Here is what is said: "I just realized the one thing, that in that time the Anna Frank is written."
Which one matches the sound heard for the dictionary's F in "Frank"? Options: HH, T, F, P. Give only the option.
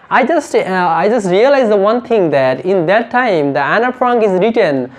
P